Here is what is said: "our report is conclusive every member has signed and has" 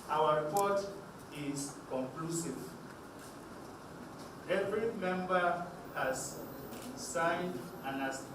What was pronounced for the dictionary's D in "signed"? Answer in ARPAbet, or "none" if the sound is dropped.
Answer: D